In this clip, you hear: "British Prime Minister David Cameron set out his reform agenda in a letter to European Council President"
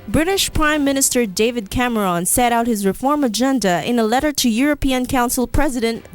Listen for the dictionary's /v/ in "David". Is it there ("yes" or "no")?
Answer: yes